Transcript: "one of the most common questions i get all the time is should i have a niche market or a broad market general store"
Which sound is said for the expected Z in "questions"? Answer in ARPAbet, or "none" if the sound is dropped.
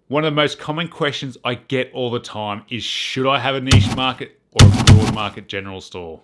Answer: Z